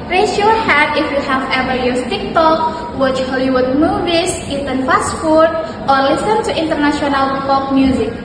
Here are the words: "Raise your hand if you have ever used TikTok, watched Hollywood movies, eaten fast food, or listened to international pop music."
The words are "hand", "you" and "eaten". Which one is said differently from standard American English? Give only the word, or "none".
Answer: hand